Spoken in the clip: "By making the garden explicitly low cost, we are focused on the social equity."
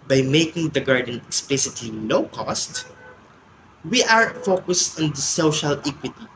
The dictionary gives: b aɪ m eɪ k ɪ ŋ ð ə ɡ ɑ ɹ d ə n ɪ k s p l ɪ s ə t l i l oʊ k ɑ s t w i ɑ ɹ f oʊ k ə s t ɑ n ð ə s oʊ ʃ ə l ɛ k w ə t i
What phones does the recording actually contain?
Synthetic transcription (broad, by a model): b aɪ m eɪ k ɪ ŋ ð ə ɡ ɑ ɹ d ə n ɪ k s p l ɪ s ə t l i l oʊ k ɑ s t w i ɑ ɹ f oʊ k ə s t ɑ n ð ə s oʊ ʃ ə l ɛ k w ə t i